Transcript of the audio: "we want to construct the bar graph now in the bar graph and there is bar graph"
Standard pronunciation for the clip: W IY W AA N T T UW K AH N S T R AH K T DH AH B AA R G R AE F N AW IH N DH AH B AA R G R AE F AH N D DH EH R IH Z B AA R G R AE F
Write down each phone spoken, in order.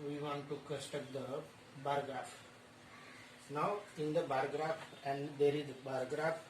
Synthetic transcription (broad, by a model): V IY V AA N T T UW K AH S T AH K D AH B AA R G R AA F N AW IH N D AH B AA R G R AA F AH N D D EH R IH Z B AA R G R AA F